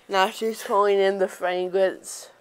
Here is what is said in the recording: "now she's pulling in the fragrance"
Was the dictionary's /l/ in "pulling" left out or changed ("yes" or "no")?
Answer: yes